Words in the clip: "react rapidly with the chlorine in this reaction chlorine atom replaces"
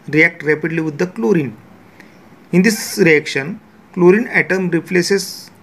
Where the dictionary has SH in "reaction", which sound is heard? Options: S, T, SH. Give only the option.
SH